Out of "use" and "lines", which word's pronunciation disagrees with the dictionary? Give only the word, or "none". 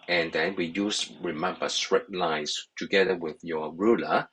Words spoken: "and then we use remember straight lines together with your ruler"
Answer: lines